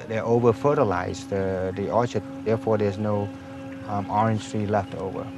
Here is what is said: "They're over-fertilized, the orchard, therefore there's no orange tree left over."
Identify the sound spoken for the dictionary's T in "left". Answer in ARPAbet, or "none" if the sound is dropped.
T